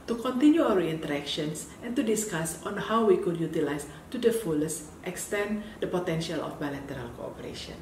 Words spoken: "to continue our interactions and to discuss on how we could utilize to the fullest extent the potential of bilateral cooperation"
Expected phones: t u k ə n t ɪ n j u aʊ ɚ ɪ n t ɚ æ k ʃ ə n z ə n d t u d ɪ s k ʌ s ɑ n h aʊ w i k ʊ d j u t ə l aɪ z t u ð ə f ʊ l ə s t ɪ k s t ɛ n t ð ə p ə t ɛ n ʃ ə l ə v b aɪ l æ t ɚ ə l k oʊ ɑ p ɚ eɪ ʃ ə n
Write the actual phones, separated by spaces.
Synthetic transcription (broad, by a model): t u k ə n t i n j u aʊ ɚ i n t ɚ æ k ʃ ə n s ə n t u d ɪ s k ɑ s ɑ n h aʊ w i k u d j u t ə l aɪ s t u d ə f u l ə s t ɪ k s t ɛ n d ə p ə t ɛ n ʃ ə l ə f b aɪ l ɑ t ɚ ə l k oʊ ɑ p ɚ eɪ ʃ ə n